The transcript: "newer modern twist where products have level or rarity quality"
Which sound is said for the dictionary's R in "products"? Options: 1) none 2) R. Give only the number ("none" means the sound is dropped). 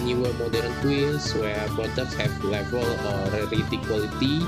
1